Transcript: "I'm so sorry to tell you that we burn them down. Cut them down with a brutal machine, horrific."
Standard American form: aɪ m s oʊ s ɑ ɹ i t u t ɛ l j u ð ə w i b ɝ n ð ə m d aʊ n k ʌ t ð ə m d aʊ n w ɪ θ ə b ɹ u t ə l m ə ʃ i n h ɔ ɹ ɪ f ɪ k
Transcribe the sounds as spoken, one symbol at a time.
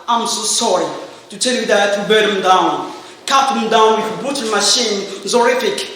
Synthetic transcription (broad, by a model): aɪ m s oʊ s ɑ ɹ i t u t ɛ l j u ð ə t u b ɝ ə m d aʊ n k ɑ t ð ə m d aʊ n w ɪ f ə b u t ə n m ə ʃ i n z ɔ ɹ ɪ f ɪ k